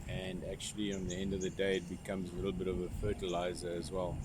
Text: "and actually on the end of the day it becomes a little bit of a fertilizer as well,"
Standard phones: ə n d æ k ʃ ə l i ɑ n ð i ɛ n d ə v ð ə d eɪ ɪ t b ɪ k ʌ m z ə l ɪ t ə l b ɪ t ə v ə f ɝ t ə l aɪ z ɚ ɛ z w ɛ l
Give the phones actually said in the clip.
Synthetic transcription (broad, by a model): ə n d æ k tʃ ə l i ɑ n ð i ɛ n d ə v ð ə d eɪ ɪ t b ɪ k ʌ m z ə l ɪ t l b ɪ t ə v ə f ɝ t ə l aɪ z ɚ z w ɛ l